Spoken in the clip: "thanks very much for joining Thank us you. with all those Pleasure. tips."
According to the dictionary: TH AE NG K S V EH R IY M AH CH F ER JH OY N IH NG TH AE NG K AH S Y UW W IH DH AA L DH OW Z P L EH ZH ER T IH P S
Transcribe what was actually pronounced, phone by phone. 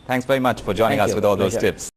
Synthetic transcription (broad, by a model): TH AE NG K S V EH R IY M AH CH F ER JH OY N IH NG NG AH S W IH DH AA L DH OW Z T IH P S